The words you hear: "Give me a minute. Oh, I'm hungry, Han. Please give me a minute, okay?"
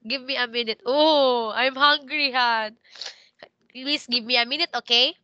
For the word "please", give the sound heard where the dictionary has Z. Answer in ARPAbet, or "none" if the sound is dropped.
S